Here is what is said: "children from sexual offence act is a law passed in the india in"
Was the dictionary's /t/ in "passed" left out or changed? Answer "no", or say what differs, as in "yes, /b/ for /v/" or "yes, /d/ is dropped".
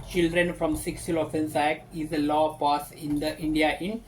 yes, /t/ is dropped